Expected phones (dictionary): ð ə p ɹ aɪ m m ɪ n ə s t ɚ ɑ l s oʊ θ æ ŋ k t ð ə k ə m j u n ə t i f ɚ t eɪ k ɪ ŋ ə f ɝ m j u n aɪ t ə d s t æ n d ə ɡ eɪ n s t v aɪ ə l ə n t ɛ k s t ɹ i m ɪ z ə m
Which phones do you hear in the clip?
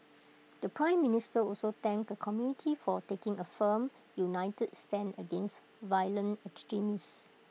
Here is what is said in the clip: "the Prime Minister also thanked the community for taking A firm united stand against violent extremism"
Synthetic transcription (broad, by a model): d ə p ɹ aɪ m m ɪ n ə s t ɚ ɑ l s oʊ t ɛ ŋ k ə k ə m j u n ə t i f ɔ t eɪ k ɪ ŋ ə f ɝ m j u n aɪ t ə d s t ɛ n ə ɡ eɪ n s t v aɪ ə l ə n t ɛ k s t ɹ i m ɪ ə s